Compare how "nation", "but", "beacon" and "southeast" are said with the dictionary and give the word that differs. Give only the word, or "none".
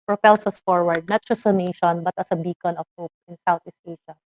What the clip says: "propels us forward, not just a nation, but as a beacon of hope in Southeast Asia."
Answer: southeast